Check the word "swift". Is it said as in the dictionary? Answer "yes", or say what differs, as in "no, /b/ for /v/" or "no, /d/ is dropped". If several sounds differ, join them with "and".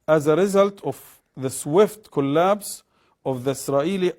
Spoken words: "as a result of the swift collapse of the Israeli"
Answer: yes